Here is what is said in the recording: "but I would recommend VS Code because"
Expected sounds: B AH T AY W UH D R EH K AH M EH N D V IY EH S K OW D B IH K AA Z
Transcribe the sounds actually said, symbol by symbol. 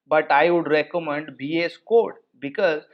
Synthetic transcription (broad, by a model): B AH T AY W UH D R EH K AH M EH N D B IY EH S K OW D B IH K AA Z